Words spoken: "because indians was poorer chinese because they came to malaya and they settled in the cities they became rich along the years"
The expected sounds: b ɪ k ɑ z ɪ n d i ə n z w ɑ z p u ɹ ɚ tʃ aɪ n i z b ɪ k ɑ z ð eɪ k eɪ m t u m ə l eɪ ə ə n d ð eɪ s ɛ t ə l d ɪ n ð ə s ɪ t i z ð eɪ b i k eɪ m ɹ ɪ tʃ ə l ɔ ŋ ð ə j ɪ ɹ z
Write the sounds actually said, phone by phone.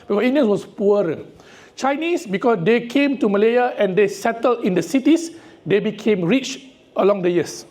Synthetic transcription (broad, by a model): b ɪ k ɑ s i n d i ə n s w ɑ s p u ɹ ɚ tʃ aɪ n i s b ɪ k ɑ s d eɪ k eɪ m t u m ə l eɪ ə ə n d eɪ s ɛ t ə l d ɪ n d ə s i t i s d eɪ b i k eɪ m ɹ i tʃ ə l ɔ ŋ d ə j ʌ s